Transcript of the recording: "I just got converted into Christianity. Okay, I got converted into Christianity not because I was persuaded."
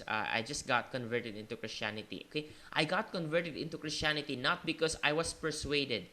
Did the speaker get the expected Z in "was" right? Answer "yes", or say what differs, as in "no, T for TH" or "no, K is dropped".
no, S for Z